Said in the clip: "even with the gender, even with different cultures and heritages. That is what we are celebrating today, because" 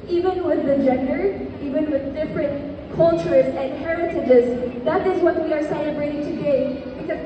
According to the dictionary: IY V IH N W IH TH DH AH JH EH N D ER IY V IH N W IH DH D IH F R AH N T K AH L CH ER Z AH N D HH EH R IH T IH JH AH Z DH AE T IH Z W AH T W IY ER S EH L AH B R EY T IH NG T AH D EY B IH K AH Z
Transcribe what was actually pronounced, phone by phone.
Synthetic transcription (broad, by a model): IY V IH N W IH DH AH JH EH N D ER IY V IH N W IH DH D IH F R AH N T K AH L CH ER Z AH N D HH EH R IH T IH JH AH Z DH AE T IH Z W AH T W IY ER S EH L AH B R EY T IH NG T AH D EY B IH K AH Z